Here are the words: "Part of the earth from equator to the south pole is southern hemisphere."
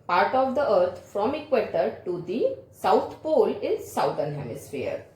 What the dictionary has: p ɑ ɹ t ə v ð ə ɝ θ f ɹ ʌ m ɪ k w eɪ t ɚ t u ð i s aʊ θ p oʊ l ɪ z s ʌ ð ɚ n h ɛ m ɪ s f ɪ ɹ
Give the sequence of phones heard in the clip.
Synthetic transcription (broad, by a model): p ɑ ɹ t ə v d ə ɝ t f ɹ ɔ m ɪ k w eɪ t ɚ t u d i s aʊ t p oʊ l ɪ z s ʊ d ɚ n h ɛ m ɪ s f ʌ ɹ